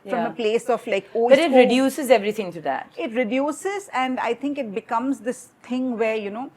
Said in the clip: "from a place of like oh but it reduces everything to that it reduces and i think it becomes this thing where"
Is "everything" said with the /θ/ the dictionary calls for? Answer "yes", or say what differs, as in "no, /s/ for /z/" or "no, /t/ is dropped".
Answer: no, /t/ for /θ/